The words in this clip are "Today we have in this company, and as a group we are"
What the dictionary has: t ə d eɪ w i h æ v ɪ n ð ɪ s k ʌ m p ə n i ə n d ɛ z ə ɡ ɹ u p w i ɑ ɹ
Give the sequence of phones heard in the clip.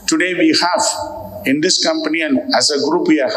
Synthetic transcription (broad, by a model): t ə d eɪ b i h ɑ f ɪ n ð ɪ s k ʌ m p ə n i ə n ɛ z ə ɡ ɹ u p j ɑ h